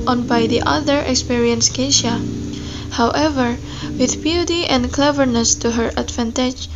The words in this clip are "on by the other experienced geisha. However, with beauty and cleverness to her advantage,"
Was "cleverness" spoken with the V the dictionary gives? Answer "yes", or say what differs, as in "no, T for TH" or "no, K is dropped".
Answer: yes